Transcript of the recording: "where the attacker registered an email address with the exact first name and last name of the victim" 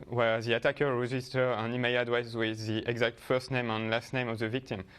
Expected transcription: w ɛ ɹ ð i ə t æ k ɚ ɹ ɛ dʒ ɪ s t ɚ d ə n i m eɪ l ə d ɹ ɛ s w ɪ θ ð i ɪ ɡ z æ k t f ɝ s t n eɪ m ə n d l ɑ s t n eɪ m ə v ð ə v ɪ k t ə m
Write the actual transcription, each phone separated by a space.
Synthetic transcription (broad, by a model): w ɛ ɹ ð i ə t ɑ k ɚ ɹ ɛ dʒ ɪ s t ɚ ə n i m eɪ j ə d w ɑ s w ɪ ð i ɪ ɡ z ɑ k t f ɝ s t n eɪ m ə n l ɑ s t n eɪ m ə v ð ə v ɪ k t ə m